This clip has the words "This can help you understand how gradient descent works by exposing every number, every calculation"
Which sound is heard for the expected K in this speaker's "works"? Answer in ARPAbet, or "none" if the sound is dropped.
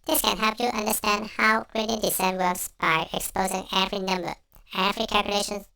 none